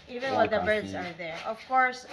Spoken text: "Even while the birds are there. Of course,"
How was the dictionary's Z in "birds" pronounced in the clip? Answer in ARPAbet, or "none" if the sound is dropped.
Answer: Z